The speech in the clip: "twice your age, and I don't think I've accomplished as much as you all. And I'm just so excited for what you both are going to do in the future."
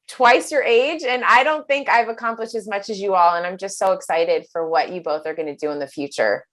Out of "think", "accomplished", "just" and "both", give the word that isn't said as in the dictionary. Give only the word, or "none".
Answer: none